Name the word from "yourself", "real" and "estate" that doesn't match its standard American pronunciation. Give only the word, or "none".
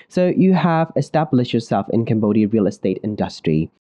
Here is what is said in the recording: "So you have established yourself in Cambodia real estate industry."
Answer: none